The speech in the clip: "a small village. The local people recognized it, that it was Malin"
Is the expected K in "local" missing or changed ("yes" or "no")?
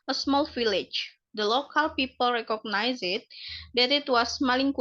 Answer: no